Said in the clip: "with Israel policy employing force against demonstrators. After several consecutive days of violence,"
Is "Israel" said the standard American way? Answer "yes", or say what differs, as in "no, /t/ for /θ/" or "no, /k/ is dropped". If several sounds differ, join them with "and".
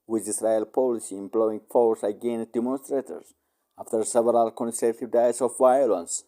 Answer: no, /s/ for /z/